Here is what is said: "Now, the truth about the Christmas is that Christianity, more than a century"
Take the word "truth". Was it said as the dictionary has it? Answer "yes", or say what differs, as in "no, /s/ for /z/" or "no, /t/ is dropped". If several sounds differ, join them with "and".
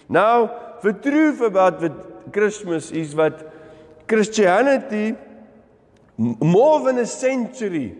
no, /f/ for /θ/